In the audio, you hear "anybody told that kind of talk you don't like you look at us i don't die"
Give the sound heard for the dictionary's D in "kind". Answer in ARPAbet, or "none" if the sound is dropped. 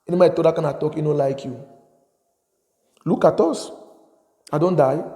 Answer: none